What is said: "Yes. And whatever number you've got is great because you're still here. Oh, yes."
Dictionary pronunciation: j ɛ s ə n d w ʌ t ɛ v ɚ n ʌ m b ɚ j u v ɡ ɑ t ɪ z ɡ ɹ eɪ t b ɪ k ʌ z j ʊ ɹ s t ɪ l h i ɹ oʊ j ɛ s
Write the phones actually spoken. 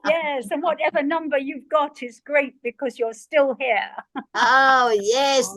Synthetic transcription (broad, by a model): j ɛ s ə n w ʌ t ɛ v ɚ n ʌ m b ɚ j u v ɡ ɑ t ɪ z ɡ ɹ eɪ t b ɪ k ʌ z j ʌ ɹ s t ɪ l h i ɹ oʊ j ɛ s